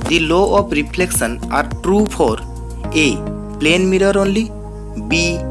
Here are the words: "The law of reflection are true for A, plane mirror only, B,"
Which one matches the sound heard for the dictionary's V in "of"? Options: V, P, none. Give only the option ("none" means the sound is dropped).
P